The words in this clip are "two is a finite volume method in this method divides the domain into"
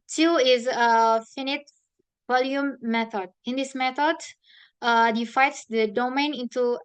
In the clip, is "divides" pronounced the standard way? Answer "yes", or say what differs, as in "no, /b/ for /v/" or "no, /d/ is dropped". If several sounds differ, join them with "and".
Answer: no, /f/ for /v/